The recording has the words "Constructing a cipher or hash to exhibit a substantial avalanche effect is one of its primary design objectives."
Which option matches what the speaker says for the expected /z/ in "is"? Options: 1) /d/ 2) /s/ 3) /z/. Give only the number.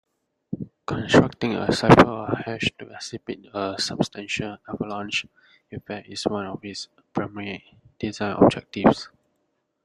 2